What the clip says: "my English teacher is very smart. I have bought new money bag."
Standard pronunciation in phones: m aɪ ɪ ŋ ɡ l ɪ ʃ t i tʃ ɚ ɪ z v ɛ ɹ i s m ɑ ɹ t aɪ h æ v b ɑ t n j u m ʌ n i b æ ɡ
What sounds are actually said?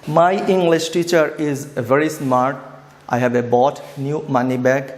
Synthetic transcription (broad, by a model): m aɪ ɪ ŋ ɡ l ɪ ʃ t i tʃ ɚ ɪ z v ɛ ɹ i s m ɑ ɹ t aɪ h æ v b ɑ t n j u m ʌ n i b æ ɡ